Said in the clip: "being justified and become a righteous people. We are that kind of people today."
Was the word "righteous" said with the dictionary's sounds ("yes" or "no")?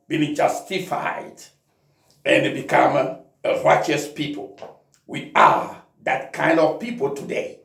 yes